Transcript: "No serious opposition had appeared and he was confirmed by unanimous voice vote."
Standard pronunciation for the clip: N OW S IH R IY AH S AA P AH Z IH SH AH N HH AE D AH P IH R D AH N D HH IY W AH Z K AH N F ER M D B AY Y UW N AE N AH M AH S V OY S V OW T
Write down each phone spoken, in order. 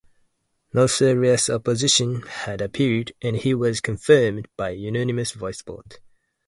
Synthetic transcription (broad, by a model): N OW S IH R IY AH S AA P AH Z IH SH AH N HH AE D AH P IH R D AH N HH IY W AH Z K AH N F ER M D B AY Y UW N AE N AH M AH S V OY S B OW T